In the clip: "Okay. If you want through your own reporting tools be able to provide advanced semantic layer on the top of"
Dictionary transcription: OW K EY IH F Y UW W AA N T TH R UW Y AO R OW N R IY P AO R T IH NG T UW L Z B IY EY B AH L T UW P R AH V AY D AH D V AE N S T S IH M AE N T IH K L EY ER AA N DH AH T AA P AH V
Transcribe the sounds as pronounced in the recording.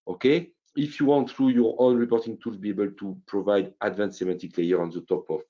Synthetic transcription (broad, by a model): OW K EY IH F Y UW W AA N T TH R UW Y AO R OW N R IY P AO R T IH NG T UW L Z B IY EY B AH L T UW P R AH V AY D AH D V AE N T S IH M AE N T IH K L EY ER AA N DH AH T AA P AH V